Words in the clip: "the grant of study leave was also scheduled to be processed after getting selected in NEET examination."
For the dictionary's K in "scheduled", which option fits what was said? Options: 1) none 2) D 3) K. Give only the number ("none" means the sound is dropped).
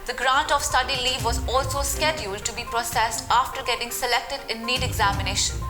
3